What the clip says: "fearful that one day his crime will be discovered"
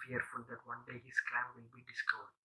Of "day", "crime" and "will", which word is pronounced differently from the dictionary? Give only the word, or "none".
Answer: crime